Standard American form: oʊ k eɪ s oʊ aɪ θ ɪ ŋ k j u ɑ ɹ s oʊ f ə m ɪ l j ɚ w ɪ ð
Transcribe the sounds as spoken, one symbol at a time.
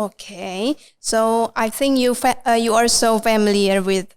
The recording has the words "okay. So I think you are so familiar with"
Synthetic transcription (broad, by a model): oʊ k eɪ s oʊ aɪ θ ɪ ŋ k j u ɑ l s oʊ f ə m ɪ l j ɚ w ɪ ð